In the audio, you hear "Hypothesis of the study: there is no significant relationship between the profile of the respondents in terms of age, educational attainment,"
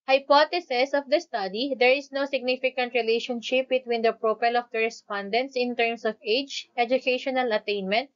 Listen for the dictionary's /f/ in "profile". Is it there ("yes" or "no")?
no